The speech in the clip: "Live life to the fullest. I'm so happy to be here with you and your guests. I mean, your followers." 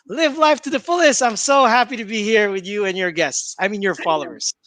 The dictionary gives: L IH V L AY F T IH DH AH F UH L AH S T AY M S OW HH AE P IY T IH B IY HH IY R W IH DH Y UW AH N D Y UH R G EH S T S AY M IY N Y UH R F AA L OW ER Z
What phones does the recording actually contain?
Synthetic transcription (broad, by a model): L IH V L AY F T IH DH AH F UH L AH S T AY M S OW HH AE P IY T IH B IY HH IY R W IH DH Y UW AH N Y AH R G EH S T S AY M IY N Y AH R F AA L OW ER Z